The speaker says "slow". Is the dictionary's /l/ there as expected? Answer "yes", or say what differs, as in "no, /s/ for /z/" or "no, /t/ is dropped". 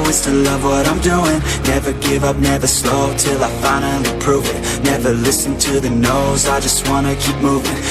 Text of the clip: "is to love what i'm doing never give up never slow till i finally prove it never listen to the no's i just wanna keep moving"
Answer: yes